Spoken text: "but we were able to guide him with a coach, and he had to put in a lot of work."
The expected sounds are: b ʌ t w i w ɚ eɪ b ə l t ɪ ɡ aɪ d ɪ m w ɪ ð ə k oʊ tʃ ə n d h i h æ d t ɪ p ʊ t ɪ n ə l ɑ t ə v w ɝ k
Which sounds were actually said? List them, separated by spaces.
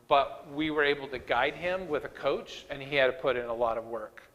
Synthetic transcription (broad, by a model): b ʌ t w i w ɚ eɪ b l t ɪ ɡ aɪ d ɪ m w ɪ ð ə k oʊ tʃ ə n i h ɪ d t ɪ p ʊ t ɪ n ə l ɑ t ə v w ɝ k